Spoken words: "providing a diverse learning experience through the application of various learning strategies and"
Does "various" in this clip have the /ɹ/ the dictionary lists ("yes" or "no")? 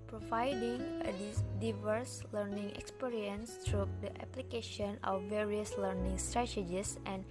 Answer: yes